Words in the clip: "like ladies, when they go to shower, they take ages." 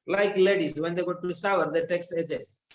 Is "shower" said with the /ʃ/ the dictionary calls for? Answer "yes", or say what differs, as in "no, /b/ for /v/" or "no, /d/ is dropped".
no, /s/ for /ʃ/